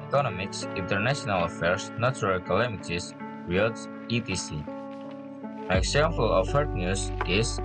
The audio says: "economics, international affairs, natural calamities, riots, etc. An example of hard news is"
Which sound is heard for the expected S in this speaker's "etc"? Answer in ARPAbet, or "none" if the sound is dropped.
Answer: none